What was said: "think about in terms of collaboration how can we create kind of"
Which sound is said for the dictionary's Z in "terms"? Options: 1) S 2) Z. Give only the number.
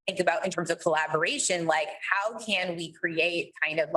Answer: 2